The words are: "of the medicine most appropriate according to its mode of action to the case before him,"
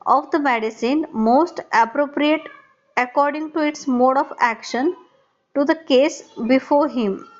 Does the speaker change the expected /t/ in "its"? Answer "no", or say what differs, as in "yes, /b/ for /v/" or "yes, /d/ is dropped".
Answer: no